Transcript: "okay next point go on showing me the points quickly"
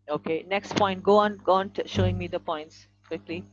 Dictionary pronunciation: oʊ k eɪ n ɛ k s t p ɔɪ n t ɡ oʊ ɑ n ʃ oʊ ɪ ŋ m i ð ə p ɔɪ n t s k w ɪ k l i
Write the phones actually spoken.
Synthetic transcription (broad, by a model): oʊ k eɪ n ɛ k s t p ɔɪ n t ɡ oʊ ɑ n ʃ oʊ ɪ ŋ m i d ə p ɔɪ n t s k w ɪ k l i